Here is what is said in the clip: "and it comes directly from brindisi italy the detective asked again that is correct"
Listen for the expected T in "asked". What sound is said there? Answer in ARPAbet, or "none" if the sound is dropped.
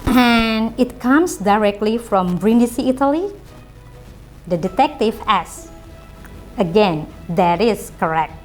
none